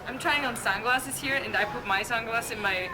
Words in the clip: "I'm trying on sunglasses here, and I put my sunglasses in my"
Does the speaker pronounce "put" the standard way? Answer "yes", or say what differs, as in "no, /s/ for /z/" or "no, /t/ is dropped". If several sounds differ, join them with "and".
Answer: yes